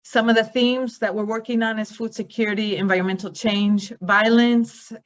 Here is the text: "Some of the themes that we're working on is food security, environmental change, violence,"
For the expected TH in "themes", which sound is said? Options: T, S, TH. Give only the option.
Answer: TH